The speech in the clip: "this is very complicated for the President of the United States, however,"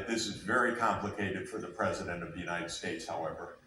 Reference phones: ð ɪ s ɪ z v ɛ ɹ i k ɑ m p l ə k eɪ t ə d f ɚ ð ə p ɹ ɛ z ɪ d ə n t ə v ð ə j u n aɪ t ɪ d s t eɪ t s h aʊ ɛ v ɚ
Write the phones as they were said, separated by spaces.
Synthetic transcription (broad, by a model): ð ɪ s ɪ z v ɛ ɹ i k ɑ m p l ə k eɪ t ə d f ɚ ð ə p ɹ ɛ z ɪ d ə n t ə v ð ə j u n aɪ t ɪ d s t eɪ t s h aʊ ɛ v ɚ